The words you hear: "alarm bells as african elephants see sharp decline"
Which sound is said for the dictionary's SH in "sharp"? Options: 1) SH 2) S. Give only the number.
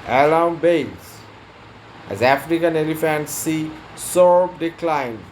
2